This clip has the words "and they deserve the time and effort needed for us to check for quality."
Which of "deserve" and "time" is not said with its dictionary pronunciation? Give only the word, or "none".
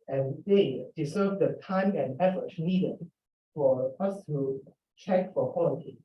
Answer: deserve